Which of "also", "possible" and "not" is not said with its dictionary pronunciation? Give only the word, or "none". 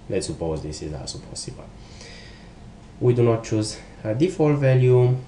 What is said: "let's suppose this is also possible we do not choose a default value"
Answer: also